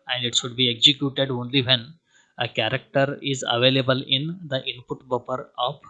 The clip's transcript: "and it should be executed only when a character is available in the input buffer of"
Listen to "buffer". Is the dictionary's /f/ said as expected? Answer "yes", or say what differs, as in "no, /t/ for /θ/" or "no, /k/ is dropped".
no, /p/ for /f/